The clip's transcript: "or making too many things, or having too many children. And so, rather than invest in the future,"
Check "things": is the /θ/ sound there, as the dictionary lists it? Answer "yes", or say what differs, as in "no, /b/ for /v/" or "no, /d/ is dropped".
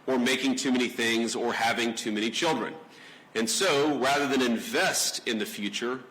yes